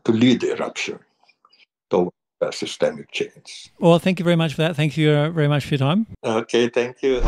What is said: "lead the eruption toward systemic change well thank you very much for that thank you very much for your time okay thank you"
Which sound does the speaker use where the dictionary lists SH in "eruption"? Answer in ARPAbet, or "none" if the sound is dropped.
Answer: SH